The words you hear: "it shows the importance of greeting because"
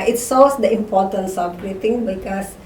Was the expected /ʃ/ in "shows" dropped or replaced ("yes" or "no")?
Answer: yes